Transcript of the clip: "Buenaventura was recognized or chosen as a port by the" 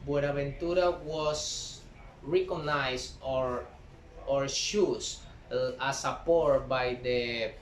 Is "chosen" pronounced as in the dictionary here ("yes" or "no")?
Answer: no